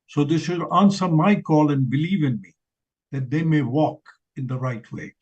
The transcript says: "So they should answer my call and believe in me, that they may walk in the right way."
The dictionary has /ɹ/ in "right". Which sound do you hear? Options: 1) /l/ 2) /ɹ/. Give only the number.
2